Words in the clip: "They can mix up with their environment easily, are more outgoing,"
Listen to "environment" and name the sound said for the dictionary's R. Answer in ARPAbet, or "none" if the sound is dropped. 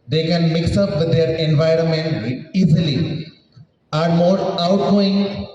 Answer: R